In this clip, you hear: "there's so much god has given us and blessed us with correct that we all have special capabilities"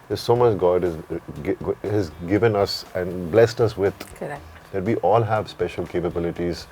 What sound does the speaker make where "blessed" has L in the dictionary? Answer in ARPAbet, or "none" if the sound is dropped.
L